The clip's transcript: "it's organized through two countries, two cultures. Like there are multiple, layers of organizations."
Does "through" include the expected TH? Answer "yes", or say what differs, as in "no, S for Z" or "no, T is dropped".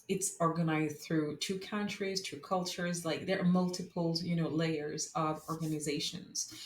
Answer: yes